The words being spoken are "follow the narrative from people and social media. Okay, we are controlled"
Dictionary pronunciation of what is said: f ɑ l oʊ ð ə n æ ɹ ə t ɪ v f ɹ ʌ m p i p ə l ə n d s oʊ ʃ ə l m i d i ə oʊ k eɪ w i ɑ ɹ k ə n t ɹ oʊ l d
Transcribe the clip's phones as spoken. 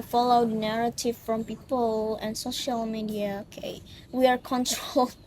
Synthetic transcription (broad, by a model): f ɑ l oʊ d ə n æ ɹ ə t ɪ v f ɹ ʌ m p i p ə l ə n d s oʊ ʃ ə l m i d i ə oʊ k eɪ w i ɑ ɹ k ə n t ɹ oʊ l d